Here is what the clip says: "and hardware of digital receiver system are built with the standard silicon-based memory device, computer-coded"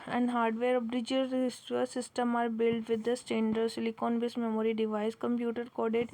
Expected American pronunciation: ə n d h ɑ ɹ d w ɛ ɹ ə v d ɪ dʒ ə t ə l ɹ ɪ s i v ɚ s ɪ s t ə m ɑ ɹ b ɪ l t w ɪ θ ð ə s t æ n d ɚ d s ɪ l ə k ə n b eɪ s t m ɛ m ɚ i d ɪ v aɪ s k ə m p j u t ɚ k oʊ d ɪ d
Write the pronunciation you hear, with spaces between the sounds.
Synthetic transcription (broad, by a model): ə n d h ɑ ɹ d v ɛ ɹ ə b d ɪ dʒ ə s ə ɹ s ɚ s ɪ s t ə m ɑ ɹ b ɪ l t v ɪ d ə s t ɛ n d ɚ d s ɪ l ə k ə n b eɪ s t m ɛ m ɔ i d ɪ v aɪ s k ə m p j u t ɚ k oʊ d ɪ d